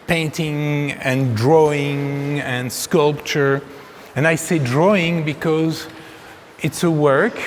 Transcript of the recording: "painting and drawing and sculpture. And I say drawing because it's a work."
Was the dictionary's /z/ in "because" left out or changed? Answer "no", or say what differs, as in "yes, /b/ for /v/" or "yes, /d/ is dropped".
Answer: no